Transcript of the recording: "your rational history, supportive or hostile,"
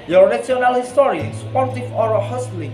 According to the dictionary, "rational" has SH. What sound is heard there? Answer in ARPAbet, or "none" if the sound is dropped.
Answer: S